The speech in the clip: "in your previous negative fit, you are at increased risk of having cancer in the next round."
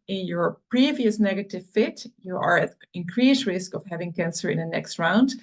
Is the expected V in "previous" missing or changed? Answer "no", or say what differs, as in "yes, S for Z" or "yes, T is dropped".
no